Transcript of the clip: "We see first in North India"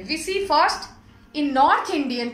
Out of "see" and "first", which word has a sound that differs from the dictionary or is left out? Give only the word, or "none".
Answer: none